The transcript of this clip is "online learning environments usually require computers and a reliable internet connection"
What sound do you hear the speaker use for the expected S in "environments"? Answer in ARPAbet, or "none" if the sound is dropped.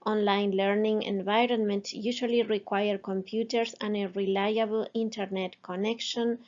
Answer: none